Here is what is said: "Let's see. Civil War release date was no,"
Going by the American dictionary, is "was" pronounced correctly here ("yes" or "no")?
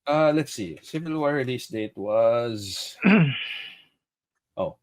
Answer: yes